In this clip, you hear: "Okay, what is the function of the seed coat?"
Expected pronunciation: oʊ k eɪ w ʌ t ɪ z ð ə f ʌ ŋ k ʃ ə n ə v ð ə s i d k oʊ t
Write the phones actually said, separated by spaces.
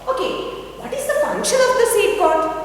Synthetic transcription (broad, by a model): oʊ k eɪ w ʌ t ɪ z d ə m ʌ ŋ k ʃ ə l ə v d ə s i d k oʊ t